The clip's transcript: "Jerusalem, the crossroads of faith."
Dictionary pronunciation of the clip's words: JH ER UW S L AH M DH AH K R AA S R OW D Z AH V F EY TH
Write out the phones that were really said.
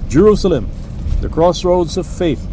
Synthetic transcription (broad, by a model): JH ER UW S L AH M DH AH K R AA S R OW D Z AH V F EY TH